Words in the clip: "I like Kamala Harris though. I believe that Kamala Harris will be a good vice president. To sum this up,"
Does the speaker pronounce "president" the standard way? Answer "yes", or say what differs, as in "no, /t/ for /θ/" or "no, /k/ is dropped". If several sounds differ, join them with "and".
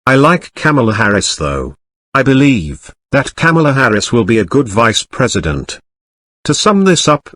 yes